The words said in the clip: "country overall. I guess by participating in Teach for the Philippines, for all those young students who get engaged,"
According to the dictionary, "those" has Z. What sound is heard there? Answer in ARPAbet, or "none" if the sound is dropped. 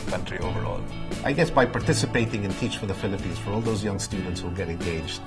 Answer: Z